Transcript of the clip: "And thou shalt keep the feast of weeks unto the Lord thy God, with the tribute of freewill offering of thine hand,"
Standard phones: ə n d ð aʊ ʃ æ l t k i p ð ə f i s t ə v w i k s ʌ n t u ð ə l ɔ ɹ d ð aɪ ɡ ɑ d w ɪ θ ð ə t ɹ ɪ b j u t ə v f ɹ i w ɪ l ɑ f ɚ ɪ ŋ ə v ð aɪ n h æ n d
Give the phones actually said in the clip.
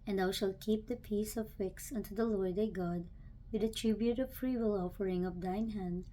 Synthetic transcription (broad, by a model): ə n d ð aʊ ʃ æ l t k i p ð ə p i s ə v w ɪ k s ʌ n t u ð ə l ɔ ɹ d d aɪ ɡ ɑ d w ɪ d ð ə t ɹ ɪ b j u t ə v f ɹ i w ɪ l ɑ f ɚ ɪ ŋ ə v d aɪ n h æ n d